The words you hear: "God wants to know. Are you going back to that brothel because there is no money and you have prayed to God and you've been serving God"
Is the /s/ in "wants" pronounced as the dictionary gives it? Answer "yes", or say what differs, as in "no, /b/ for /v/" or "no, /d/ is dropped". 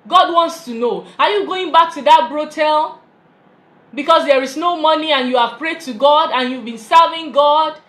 yes